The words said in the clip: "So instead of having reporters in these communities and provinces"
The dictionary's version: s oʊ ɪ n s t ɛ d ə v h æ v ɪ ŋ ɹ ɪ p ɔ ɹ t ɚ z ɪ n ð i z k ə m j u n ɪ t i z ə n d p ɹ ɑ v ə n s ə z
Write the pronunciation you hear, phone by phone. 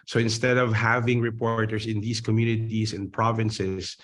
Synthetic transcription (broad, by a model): s oʊ ɪ n s t ɛ d ə v h æ v ɪ ŋ ɹ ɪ p ɔ ɹ t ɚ s ɪ n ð i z k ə m j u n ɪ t i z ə n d p ɹ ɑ v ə n s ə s